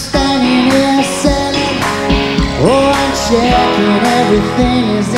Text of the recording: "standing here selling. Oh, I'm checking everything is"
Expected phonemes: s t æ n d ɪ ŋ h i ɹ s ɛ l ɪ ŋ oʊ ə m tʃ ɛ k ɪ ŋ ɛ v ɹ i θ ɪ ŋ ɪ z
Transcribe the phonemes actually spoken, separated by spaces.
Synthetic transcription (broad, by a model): s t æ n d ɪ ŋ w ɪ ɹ s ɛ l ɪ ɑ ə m ʃ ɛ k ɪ ɛ v ɹ i θ ɪ ŋ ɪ z